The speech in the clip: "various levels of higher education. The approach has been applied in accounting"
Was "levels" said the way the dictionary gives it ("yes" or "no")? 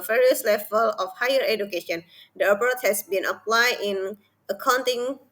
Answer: no